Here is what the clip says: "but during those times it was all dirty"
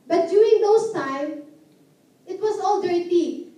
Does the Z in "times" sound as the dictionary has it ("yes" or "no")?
no